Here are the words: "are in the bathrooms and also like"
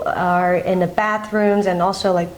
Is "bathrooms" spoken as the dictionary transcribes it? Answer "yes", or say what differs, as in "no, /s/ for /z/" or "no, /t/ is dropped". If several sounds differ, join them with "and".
yes